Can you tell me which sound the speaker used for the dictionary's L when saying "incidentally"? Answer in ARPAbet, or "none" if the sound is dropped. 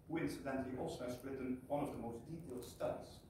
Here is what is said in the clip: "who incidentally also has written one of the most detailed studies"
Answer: none